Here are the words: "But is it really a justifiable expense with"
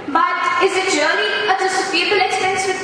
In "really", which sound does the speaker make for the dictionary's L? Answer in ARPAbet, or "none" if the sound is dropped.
N